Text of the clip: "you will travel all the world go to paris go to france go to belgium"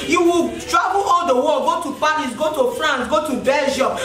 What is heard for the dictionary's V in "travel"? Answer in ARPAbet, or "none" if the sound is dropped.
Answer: B